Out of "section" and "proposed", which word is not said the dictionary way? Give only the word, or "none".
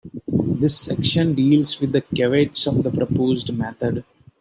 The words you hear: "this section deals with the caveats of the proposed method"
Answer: none